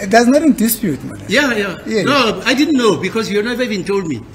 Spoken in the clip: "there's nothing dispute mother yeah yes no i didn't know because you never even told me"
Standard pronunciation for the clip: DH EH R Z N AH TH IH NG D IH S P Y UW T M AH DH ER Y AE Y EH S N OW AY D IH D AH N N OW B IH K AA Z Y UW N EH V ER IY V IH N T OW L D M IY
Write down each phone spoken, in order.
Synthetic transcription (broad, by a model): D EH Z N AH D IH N D IH S P Y UW T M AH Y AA Y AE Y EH N OW AY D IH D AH N N OW B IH K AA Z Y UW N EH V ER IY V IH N T OW L D M IY